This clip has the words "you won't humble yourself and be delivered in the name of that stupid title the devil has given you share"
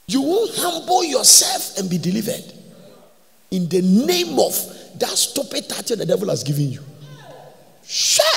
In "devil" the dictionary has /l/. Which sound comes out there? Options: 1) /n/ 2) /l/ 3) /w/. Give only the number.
2